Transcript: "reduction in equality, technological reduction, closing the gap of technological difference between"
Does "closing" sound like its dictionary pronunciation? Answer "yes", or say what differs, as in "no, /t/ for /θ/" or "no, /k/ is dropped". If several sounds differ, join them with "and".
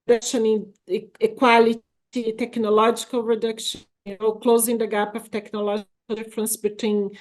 yes